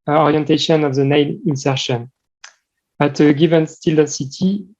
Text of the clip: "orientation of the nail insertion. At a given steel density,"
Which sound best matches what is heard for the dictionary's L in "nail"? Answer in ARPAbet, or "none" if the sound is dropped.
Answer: N